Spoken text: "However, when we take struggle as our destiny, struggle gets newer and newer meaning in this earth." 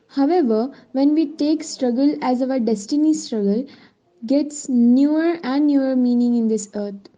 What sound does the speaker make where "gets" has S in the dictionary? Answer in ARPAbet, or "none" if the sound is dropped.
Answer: S